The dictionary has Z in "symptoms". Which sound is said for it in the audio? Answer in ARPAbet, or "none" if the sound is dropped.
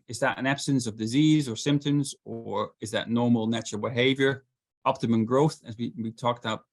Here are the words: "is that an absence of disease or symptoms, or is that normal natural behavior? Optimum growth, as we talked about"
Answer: Z